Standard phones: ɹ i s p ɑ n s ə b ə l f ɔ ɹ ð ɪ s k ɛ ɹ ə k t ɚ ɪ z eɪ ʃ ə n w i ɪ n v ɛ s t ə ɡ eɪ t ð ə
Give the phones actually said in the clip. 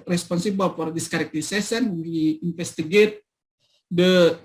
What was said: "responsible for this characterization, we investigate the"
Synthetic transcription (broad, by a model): ɹ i s p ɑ n s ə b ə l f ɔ ɹ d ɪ s k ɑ ɹ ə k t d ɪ s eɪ s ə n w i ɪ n f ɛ s t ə ɡ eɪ t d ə